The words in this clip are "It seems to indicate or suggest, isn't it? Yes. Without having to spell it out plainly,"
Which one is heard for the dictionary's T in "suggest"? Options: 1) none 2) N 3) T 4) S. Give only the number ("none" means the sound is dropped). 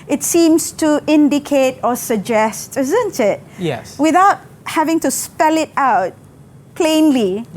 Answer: 3